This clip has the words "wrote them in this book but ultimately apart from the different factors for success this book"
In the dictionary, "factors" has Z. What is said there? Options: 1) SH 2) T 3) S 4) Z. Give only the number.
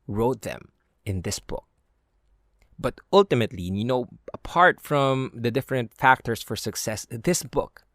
3